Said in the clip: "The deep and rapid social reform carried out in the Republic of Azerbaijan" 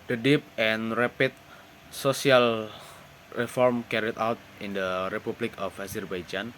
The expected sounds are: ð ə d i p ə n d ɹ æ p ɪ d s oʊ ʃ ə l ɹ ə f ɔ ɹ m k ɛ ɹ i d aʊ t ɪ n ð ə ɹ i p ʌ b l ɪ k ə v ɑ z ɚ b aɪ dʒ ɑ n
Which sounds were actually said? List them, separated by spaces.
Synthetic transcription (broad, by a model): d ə d i p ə n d ɹ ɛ p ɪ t s oʊ s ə l ɹ ə f ɔ ɹ m k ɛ ɹ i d aʊ t ɪ n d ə ɹ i p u b l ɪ k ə f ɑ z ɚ b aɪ dʒ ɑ n